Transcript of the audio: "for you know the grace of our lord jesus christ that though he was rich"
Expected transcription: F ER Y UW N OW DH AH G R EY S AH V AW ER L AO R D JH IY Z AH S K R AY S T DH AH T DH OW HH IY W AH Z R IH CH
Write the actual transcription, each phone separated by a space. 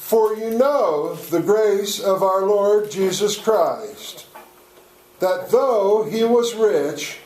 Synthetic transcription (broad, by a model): F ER Y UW N OW DH AH G R EY S AH V AW ER L AO R D JH IY Z AH S K R AY S T DH AH T DH OW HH IY W AH Z R IH CH